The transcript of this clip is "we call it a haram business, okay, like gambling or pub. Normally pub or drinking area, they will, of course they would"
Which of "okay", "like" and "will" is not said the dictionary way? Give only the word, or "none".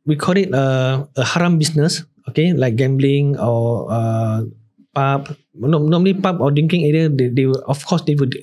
will